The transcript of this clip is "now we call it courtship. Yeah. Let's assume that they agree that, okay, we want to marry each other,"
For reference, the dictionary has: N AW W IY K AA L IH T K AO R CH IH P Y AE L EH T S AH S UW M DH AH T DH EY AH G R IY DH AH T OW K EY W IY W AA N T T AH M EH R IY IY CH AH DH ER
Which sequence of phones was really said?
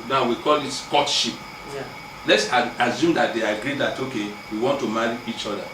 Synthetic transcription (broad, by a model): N AW W IY K AA L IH T K AO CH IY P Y L EH T S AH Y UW M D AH T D EY AH G R IY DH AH T OW K EY W IY W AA N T T AH M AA R IY IY CH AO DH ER